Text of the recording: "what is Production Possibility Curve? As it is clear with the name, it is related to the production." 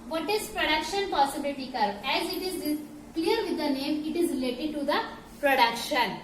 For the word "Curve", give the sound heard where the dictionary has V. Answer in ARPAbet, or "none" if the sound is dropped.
none